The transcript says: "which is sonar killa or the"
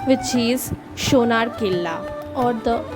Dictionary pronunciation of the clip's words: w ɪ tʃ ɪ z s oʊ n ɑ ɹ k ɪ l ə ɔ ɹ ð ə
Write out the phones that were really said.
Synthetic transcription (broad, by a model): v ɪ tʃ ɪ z ʃ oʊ n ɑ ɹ k ɪ l ə ɔ ɹ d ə